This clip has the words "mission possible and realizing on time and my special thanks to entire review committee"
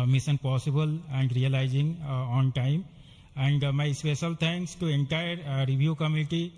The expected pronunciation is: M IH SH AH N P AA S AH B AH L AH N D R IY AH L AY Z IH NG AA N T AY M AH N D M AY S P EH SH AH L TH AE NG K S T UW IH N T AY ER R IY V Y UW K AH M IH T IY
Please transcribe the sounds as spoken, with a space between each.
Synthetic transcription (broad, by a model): M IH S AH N P AA S AH B AH L AH N D R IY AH L AY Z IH NG AA N T AY M AH N D M AY S P EH SH AH L T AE NG K S T UW IH N T AY ER R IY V Y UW K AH M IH T IY